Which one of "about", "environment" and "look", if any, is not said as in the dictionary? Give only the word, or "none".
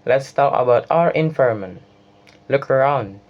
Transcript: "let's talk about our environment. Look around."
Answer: environment